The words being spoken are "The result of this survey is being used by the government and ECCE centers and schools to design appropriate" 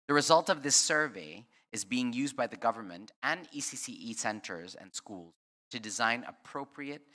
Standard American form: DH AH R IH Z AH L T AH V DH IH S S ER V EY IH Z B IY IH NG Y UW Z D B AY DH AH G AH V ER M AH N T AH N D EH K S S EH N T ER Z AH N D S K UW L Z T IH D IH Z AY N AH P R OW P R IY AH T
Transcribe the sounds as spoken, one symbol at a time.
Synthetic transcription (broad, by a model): DH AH R IH Z AH L T AH V DH IH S S ER V EY IH Z B IY IH NG Y UW Z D B AY DH AH G AH V ER M AH N T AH N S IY S S EH N T ER Z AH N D S K UW L Z T IH D IH Z AY N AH P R OW P R IY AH T